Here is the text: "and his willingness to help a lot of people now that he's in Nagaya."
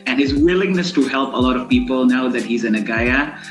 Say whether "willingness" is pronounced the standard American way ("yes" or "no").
yes